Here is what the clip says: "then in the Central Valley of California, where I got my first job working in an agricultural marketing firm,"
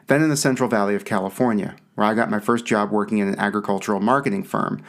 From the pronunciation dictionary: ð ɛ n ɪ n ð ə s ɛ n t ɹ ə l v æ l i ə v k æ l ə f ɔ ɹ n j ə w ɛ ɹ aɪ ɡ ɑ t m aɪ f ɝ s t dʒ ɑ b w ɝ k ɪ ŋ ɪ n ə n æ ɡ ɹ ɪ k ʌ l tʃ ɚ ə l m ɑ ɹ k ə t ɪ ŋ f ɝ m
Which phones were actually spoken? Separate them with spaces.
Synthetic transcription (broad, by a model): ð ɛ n ɪ n ð ə s ɛ n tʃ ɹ l v æ l i ə v k æ l ə f ɔ ɹ n j ə w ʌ ɹ aɪ ɡ ɑ t m aɪ f ɝ s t dʒ ɑ b w ɝ k ɪ ŋ ɪ n ə n æ ɡ ɹ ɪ k ʌ l tʃ ɚ l m ɑ ɹ k ə t ɪ ŋ f ɝ m